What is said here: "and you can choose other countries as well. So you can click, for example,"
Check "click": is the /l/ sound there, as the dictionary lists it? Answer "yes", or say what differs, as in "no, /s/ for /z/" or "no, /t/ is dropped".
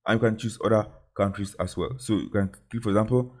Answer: no, /l/ is dropped